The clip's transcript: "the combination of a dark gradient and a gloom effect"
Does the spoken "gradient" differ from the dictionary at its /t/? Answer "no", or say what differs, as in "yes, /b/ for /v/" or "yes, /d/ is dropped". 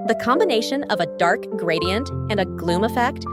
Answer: no